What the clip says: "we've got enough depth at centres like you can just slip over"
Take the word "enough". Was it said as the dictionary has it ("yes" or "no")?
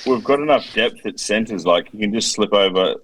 yes